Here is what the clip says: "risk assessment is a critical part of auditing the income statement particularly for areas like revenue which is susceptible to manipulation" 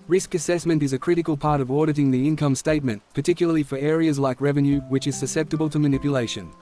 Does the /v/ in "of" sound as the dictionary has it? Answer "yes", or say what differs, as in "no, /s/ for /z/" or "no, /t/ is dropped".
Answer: yes